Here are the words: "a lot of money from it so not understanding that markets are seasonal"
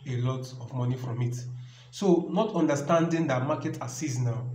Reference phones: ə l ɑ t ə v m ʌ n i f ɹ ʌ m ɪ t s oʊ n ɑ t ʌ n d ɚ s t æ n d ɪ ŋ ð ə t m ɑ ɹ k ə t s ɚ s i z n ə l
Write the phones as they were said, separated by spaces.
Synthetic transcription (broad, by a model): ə l ɑ t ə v m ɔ n i f ɹ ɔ m ɪ t s oʊ n ɑ t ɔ n d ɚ s t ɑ n d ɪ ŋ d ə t m ɑ k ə t ɑ s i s n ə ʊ